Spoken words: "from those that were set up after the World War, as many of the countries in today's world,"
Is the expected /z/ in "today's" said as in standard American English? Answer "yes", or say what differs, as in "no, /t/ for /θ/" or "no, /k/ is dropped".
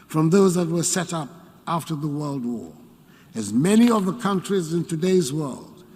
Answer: yes